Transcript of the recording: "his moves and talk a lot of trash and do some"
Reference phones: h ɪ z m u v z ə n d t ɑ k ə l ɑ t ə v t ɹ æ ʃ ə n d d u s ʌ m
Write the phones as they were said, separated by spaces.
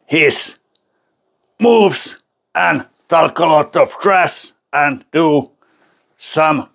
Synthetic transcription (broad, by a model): h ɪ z m u v z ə n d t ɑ k ə l ɑ t ə v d ɹ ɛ s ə n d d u s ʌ m